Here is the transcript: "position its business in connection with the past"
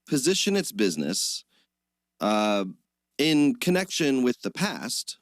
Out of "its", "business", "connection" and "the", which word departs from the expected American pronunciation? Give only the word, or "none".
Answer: none